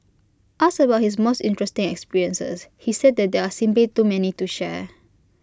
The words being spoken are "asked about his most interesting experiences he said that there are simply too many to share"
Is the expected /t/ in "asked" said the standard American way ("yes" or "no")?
no